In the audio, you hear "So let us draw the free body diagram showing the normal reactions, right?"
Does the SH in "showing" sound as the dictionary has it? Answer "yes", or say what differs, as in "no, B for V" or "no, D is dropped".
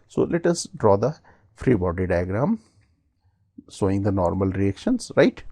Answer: no, S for SH